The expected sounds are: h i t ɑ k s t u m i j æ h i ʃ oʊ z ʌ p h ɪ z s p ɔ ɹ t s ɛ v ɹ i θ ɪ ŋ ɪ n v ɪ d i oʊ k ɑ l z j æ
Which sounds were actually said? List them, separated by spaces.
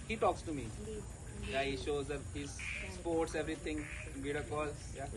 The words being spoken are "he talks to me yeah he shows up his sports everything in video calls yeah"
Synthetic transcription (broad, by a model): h i t ɑ k s t u m i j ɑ h i ʃ oʊ z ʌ h ɪ z s p ɔ ɹ t s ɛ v ɹ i t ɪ ŋ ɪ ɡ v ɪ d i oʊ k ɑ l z j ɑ